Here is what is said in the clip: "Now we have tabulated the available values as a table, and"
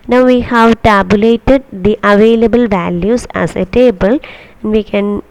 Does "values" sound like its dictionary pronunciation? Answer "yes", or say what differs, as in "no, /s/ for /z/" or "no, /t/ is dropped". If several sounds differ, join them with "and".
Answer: no, /s/ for /z/